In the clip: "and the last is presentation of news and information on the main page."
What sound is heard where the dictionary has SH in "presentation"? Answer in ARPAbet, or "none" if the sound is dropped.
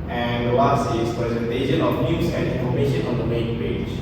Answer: SH